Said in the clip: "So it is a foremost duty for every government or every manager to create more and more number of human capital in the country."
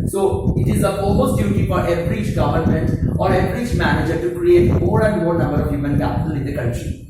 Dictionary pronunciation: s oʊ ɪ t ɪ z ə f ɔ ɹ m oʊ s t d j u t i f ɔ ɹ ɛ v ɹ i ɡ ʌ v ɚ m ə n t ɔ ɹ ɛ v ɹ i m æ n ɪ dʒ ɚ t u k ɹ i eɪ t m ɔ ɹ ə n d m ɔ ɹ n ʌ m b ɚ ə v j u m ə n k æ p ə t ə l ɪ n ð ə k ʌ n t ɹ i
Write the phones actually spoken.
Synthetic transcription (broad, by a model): s oʊ ɪ t ɪ z ə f ɔ l m oʊ s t d j u t i f ɔ ɹ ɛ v ɹ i ɡ ʌ v ɚ m ə n t ɔ ɹ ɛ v ɹ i m æ n ɪ dʒ ɚ t u k ɹ i eɪ t m ɔ ɹ ə n d m ɔ ɹ n ʌ m b ɚ ə v j u m ə n k æ p ə t ə l ɪ n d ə k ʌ n t ɹ i